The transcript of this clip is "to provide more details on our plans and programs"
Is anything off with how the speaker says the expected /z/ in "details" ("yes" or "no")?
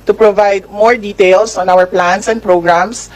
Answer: yes